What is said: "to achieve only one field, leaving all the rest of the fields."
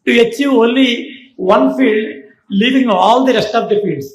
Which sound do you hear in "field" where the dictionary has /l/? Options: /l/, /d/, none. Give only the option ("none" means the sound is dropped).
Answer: /l/